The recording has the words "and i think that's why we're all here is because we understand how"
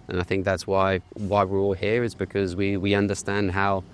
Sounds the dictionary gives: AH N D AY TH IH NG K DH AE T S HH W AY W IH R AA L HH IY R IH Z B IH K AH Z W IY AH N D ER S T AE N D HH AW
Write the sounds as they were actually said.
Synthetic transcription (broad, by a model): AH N AY TH IH NG K DH AE T S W W AY W IH R AA L HH IY R IH Z B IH K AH Z W IY AH N D ER S T AE N D HH AW